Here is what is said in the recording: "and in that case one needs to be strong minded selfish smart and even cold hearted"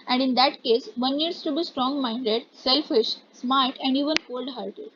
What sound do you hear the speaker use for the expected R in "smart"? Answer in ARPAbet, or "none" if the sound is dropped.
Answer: L